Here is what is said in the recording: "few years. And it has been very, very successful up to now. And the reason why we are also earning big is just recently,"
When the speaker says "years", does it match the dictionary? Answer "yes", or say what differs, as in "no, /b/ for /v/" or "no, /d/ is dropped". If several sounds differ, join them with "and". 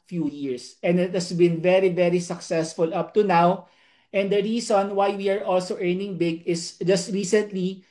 no, /s/ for /z/